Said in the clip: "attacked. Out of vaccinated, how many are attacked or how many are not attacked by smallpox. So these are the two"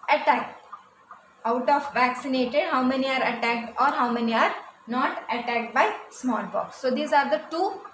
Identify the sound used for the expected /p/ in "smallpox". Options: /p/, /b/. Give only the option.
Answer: /b/